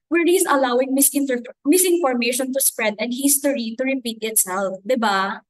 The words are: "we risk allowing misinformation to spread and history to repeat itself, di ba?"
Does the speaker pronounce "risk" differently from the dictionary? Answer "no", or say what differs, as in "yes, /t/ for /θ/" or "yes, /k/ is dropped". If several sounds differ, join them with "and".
yes, /k/ is dropped